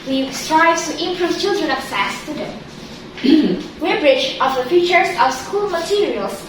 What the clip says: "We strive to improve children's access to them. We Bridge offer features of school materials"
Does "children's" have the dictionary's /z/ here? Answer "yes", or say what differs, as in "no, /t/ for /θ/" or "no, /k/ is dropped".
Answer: no, /z/ is dropped